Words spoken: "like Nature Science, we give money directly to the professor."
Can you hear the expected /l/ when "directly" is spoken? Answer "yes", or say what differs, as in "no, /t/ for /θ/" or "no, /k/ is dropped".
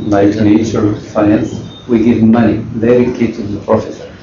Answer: no, /l/ is dropped